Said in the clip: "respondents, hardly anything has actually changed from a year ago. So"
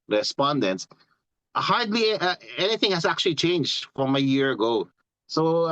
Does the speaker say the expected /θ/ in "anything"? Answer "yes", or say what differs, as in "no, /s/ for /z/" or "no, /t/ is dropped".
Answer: yes